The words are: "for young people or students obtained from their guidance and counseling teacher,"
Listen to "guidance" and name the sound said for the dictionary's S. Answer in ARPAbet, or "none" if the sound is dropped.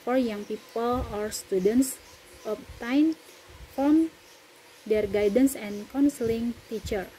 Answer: S